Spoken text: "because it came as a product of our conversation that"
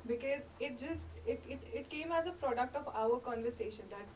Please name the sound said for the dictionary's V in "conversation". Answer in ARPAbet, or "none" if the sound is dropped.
V